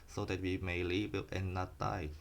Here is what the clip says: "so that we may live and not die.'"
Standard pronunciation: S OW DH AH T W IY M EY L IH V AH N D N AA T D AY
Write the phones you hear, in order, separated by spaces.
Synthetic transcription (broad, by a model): S OW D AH T W IY M EY L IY W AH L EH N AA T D AY